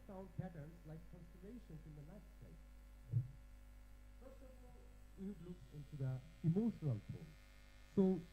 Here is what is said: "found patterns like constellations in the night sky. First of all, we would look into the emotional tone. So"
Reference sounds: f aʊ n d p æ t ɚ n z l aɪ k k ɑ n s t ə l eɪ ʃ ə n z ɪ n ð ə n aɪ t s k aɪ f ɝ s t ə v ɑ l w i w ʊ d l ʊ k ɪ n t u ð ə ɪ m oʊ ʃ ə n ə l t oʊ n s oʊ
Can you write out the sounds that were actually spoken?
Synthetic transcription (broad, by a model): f aʊ n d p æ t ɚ n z l aɪ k k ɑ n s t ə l eɪ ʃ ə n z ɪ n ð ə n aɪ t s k f ɝ s t ə v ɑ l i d l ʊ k ɪ n t u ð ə ɪ m oʊ ʃ ə n ə l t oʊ l s oʊ